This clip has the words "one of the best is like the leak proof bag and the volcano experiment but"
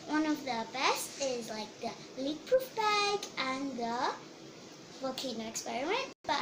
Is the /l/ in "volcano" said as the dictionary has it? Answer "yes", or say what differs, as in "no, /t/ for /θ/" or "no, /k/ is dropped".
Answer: no, /l/ is dropped